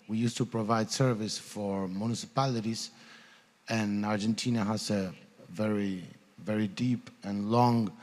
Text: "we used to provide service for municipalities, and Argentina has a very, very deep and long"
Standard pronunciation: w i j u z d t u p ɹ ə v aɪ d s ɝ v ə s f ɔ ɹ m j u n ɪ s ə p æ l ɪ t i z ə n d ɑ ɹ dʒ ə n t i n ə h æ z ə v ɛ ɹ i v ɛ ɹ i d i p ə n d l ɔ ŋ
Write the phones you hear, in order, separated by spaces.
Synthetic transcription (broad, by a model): w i j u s t u p ɹ ə v aɪ d s ɝ v ə s f ɔ ɹ m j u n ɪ s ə p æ l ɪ t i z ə n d ɑ ɹ dʒ ə n t i n ə h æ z ə v ɛ ɹ i v ɛ ɹ i d i p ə n l ɔ ŋ